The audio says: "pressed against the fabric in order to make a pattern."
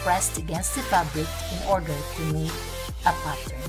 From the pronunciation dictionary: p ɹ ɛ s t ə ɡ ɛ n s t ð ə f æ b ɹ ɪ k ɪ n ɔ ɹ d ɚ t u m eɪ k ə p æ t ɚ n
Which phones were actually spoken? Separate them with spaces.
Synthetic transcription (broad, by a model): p ɹ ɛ s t ə ɡ ɛ n s t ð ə p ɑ b l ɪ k ɪ n ɔ ɹ d ɚ t u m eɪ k ə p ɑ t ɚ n